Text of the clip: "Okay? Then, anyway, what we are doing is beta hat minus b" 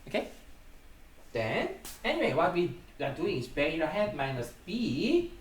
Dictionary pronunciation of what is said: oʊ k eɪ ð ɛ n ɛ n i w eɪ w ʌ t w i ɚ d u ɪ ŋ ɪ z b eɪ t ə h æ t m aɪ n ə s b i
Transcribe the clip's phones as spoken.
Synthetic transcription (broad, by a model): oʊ k eɪ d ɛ n ɛ n i w eɪ w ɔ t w i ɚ d u ɪ ŋ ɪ s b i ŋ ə h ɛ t m aɪ n ə s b i